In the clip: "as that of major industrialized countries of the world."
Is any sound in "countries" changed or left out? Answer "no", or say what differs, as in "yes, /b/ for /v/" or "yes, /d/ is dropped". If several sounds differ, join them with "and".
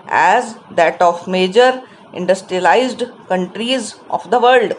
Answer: no